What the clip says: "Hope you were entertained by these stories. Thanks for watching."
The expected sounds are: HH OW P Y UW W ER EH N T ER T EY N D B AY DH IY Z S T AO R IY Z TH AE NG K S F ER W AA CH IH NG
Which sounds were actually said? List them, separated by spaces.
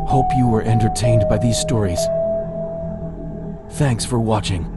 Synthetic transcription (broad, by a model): HH OW P Y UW W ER EH N T ER T EY N D B AY DH IY Z S T AO R IY Z TH AE NG K S F ER W AA CH IH NG